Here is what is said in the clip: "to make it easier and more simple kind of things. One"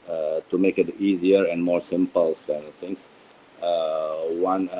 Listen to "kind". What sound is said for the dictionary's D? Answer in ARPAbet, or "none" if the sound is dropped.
none